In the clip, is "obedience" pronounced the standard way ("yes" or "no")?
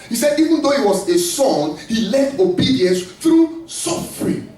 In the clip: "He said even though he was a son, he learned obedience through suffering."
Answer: yes